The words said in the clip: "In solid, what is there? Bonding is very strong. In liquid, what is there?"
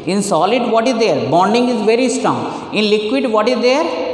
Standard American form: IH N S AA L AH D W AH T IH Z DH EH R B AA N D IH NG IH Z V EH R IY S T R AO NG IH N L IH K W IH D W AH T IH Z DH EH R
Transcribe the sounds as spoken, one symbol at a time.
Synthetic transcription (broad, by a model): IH N S AA L AH D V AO T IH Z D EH R B AA N D IH NG IH Z V EH R IY S T R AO NG IH N L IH K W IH D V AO T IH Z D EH R